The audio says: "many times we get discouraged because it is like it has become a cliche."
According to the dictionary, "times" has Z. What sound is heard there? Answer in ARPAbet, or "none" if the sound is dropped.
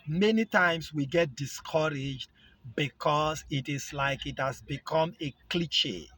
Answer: S